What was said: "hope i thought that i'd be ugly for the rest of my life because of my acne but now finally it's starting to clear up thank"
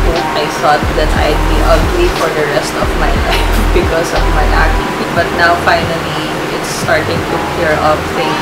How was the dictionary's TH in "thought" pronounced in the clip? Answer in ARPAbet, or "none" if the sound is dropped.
S